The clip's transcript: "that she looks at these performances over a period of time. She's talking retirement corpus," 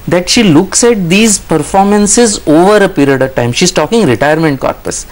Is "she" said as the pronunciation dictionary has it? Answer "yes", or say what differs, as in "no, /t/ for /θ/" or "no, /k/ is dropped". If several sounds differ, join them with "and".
yes